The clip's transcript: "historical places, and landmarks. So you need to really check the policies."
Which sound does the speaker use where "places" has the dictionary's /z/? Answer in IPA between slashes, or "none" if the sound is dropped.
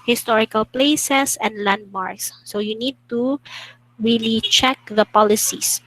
/s/